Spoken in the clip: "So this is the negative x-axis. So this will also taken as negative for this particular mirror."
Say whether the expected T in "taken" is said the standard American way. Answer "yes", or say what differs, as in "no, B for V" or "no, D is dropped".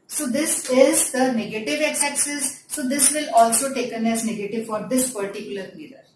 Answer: yes